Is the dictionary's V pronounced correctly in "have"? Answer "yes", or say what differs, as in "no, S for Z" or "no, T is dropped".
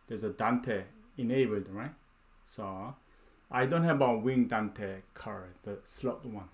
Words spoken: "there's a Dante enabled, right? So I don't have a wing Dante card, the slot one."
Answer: no, B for V